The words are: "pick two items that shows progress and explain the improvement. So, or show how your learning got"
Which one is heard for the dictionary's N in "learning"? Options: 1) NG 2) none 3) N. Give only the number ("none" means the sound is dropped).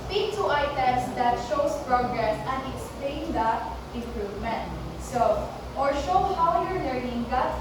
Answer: 3